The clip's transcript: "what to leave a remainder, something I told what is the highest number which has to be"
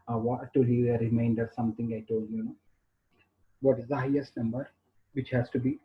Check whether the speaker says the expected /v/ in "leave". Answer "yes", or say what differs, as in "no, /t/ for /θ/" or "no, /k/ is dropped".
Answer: no, /v/ is dropped